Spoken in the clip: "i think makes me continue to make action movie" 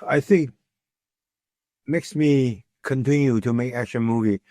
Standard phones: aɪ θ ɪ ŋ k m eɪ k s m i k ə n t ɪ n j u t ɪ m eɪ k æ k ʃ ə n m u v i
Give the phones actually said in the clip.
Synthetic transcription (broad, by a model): aɪ θ ɪ ŋ k m eɪ k s m i k ə n t ɪ n j u t ɪ m eɪ k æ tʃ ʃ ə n m u v i